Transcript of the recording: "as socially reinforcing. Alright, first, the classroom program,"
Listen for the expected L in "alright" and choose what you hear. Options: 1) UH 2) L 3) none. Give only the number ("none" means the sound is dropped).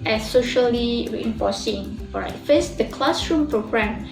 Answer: 3